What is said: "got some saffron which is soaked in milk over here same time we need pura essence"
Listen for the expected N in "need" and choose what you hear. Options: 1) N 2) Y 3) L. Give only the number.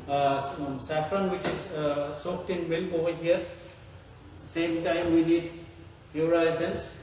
1